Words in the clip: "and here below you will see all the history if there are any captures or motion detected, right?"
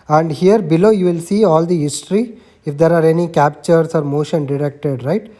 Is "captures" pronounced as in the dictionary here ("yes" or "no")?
no